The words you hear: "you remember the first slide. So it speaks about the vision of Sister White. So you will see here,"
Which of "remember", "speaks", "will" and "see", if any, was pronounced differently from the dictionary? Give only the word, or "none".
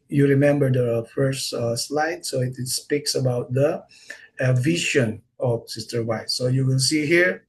will